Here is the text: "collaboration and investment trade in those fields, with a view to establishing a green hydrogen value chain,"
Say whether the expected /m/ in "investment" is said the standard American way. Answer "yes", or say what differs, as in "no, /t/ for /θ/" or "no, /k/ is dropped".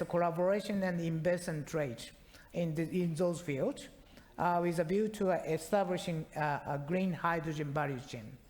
no, /m/ is dropped